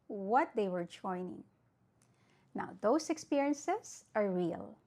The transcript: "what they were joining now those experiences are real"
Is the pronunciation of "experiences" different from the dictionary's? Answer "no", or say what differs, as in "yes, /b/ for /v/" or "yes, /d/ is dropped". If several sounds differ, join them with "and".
yes, /s/ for /z/